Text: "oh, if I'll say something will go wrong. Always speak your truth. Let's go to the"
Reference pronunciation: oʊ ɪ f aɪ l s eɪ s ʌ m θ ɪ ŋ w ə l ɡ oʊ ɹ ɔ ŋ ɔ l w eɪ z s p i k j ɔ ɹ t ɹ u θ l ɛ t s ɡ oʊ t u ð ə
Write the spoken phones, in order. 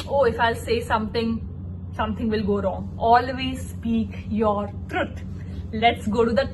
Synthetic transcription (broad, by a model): oʊ ɪ f aɪ l s eɪ s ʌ m t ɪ ŋ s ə l ɡ oʊ ɹ ɔ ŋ ɔ l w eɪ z s p i k j ɔ ɹ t ɹ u t l ɛ t s ɡ oʊ t u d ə